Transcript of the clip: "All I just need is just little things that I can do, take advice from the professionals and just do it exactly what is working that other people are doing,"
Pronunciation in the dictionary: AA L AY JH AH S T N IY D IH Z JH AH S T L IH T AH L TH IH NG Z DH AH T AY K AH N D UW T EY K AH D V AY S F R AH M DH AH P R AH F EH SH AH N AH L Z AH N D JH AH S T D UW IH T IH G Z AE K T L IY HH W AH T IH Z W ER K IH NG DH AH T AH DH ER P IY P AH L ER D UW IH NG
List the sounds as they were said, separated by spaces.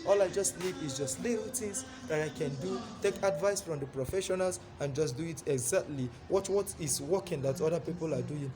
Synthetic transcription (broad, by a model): AA L AY JH AH S T L IY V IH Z JH AH S T L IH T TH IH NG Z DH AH T AY K AH N D UW T EY K AH D V AY S F R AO M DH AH P R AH F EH SH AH N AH L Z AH N JH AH S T D UW IH T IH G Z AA K T L IY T W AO T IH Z W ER K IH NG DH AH T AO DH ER P IY P AH L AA D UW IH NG